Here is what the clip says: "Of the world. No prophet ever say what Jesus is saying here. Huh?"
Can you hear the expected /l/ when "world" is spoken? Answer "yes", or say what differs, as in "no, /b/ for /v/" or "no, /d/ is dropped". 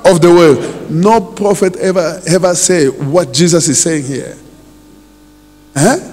no, /l/ is dropped